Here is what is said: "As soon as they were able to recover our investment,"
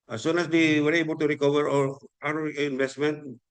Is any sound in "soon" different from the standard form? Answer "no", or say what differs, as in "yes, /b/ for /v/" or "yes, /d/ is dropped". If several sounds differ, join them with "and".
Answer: no